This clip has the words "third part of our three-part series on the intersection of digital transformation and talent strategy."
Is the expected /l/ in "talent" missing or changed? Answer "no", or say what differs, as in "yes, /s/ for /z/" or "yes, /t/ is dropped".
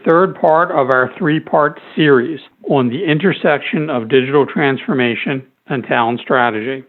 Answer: yes, /l/ is dropped